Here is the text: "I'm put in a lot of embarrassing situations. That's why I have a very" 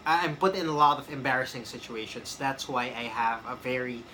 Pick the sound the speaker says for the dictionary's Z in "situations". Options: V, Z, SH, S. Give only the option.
S